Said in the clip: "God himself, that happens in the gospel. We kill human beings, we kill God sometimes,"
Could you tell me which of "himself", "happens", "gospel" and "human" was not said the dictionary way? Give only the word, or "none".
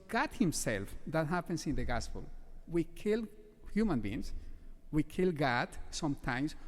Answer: happens